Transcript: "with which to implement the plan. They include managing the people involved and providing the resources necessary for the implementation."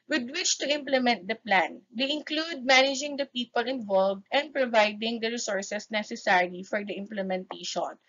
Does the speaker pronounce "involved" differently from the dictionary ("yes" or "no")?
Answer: no